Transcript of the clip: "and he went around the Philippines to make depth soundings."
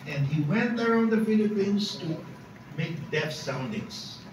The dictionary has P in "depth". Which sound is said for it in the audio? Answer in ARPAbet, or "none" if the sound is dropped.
none